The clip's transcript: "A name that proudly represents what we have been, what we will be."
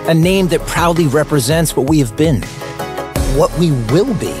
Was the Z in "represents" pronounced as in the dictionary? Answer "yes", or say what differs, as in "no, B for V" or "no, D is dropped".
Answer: yes